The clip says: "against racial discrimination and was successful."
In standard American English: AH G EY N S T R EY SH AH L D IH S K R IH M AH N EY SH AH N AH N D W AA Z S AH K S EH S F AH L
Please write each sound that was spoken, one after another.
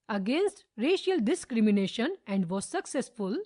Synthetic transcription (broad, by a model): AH G EY N S T R EY SH AH L D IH S K R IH M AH N EY SH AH N AH N D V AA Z S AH K S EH S F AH L